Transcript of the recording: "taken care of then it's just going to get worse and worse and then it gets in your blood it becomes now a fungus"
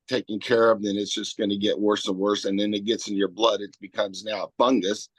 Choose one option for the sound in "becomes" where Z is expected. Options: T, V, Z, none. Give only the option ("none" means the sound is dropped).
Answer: Z